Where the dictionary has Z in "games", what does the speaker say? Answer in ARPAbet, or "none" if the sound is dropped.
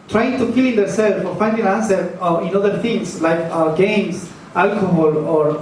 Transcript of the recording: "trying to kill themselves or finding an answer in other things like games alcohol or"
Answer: S